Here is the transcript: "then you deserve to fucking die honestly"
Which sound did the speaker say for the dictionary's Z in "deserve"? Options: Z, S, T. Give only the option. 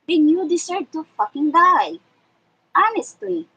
S